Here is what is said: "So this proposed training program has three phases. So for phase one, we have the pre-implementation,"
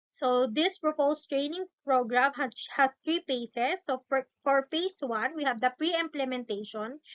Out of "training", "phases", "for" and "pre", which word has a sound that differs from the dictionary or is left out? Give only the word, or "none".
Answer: phases